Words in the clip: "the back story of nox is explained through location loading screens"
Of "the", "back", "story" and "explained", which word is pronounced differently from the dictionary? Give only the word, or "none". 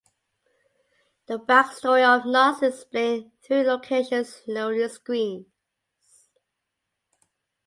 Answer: explained